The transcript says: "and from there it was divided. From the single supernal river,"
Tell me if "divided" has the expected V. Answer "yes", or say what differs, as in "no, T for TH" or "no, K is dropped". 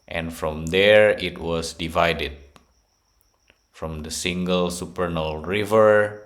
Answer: yes